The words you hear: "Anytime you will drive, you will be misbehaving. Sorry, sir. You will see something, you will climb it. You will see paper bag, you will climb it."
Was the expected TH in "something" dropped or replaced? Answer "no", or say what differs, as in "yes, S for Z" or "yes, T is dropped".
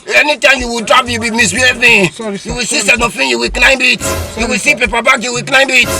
yes, F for TH